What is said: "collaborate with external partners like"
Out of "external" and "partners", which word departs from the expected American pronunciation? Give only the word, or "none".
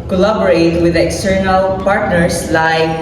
partners